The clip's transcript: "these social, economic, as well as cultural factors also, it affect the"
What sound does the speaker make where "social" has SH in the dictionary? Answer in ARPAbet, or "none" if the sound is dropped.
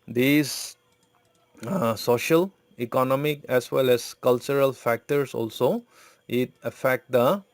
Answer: SH